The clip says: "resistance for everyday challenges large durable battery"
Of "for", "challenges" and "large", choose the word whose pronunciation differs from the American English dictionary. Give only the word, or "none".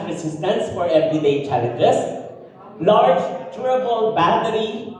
challenges